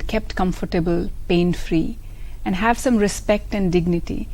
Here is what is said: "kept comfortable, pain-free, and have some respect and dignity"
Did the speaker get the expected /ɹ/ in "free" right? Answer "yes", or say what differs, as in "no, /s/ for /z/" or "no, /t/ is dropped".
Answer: yes